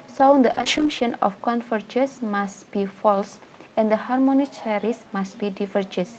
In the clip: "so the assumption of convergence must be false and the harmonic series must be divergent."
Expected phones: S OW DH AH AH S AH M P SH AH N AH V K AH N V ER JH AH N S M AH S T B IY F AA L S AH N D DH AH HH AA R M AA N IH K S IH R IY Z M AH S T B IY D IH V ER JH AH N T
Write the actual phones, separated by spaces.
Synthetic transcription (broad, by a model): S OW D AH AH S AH M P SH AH N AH F K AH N F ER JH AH S M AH S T B IY F AA L S AH N D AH HH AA R M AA N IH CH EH R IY S M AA S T B IY D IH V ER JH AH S